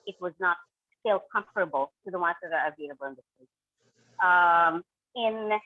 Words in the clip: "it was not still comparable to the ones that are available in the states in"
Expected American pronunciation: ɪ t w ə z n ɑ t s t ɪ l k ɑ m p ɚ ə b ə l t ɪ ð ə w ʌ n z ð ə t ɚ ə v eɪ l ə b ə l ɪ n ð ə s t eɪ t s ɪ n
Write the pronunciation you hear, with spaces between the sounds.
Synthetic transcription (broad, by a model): ɪ t w ə z n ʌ t s t ɪ l k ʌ m f ɚ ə b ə l t ɪ ð ə w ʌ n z ð ə t ɚ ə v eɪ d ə b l ɪ n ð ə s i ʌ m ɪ n